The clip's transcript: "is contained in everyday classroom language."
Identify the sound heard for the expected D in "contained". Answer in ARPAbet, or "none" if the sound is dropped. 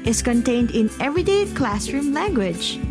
D